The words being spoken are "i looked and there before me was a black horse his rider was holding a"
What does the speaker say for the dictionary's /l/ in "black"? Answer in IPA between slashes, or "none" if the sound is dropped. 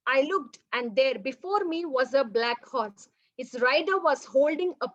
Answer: /l/